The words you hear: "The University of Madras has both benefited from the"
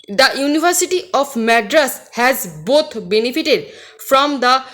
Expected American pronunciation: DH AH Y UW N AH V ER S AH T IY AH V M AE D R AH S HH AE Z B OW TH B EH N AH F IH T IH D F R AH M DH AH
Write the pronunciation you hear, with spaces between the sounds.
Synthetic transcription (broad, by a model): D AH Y UW N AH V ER S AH T IY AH P M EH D R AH S HH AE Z B OW T B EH N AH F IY T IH D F R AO M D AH